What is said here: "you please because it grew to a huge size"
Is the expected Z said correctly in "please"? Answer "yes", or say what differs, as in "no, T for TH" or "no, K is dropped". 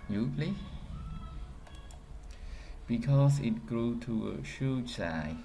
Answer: no, Z is dropped